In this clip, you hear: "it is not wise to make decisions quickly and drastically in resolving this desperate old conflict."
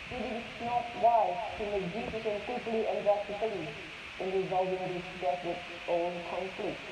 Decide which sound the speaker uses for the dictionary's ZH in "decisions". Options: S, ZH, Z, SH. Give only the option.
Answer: S